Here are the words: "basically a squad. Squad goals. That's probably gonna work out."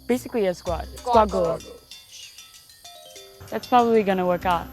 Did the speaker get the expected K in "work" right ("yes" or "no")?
yes